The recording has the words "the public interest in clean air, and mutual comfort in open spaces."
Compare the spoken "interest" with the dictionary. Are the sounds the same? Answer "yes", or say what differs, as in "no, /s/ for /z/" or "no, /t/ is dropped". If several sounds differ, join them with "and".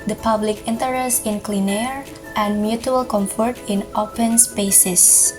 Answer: yes